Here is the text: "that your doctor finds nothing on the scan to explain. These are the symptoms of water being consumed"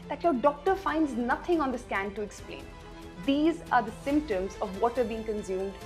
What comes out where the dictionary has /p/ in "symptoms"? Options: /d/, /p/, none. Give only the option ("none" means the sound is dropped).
/p/